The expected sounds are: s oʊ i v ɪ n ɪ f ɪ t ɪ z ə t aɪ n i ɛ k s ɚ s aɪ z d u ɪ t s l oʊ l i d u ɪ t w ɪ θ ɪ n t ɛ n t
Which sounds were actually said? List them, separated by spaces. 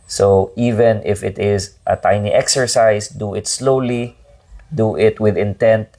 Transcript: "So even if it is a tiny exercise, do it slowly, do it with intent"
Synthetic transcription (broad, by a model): s oʊ i v ɪ n ɪ f ɪ t ɪ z ə t aɪ n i ɛ k s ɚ s aɪ s d u ɪ t s l oʊ l i d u ɪ t w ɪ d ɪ n t ɛ n t